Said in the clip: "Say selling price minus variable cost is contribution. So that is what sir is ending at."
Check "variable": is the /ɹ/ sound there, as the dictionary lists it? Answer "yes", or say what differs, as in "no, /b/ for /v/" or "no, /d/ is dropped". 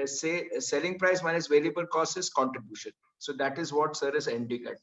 no, /l/ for /ɹ/